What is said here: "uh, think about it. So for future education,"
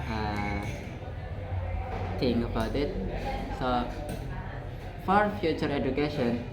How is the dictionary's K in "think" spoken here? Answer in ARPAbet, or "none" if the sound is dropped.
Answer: none